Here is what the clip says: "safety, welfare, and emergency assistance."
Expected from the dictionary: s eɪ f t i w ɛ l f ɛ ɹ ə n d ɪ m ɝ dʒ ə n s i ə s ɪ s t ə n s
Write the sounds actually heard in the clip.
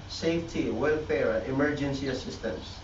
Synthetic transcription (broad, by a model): s eɪ f t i w ɛ l f ɛ ɹ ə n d ɪ m ɝ dʒ ə n s i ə s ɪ s t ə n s